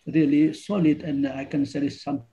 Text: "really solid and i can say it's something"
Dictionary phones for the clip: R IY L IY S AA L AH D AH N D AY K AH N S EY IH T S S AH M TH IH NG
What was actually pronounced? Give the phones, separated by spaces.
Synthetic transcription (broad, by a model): R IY L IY S AA L AH D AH N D AY K AH N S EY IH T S S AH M